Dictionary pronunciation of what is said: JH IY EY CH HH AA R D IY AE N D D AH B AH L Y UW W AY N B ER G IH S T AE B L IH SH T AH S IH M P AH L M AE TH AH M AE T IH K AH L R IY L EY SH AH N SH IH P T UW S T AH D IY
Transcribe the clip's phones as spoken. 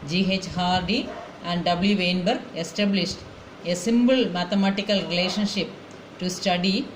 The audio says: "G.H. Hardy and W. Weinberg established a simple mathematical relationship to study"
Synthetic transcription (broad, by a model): JH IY EY CH HH AA R D IY AE N D D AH B L Y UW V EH N B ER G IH S T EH B L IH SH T AH S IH M B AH L M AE T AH M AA T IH K AH L R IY L EY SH AH N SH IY P T UW S T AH D IY